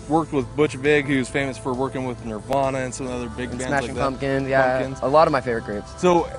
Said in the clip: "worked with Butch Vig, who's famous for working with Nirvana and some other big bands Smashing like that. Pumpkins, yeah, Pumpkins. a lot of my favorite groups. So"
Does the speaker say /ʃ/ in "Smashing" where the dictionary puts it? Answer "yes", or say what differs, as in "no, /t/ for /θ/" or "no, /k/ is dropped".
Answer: no, /ʃ/ is dropped